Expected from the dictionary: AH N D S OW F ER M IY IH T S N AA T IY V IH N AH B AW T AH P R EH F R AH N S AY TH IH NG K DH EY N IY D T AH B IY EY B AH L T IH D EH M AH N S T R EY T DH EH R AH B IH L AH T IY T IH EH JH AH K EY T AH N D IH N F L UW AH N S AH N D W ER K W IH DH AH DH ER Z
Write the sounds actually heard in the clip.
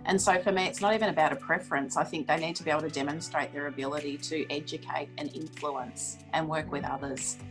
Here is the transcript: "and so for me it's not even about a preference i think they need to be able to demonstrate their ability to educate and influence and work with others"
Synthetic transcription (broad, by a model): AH N S OW F ER M IY IH T S N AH T IY V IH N AH B AW T AH P R EH F R AH N S AY TH IH NG K DH EY N IY D T AH B IY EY AH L T IH D EH M AH N S T R EY T DH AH R AH B IH L AH T IY T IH EH JH AH K EY T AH N IH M F L UW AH N S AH N W ER K W IH DH AH DH ER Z